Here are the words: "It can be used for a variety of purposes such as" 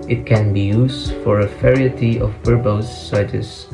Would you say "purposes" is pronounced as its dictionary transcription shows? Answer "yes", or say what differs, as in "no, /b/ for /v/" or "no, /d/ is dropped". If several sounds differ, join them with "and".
no, /b/ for /p/ and /s/ is dropped